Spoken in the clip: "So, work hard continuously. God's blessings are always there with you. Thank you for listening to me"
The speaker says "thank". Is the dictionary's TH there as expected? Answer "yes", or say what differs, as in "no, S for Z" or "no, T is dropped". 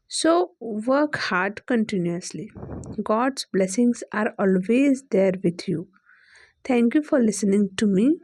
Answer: no, T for TH